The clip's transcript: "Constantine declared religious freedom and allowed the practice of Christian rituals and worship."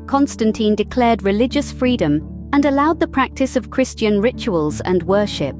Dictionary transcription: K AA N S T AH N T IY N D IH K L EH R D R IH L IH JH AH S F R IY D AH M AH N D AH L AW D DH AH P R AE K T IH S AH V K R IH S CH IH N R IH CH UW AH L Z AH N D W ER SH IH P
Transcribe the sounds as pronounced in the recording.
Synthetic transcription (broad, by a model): K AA N S T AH N T IY N D IH K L EH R D R IH L IH JH AH S F R IY D AH M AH N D AH L AW D DH AH P R AE K T IH S AH V K R IH S CH IH N R IH CH UW AH L Z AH N W ER SH IH P